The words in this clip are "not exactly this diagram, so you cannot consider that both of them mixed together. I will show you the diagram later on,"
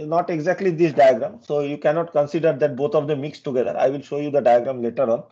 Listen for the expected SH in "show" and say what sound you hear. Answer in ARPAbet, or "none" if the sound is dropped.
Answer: SH